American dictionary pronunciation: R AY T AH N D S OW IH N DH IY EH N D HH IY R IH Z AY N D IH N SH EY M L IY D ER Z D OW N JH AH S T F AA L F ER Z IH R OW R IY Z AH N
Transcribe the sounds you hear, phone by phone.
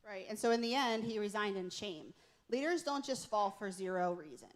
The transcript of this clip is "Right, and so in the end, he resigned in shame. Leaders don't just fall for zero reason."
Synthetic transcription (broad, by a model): R AY T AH N S OW IH N DH IY EH N D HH IY R IH Z AY N D IH N SH EY M L IY D ER Z D OW N JH AH S T F AA L F ER Z IH R OW R IY Z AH N